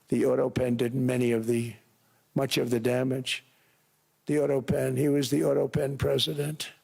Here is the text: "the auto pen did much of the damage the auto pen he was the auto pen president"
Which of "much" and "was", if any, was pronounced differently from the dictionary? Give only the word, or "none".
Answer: none